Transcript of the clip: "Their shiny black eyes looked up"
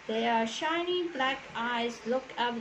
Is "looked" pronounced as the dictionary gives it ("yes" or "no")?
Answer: no